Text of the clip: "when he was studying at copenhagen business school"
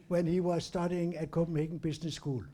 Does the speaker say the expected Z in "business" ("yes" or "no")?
no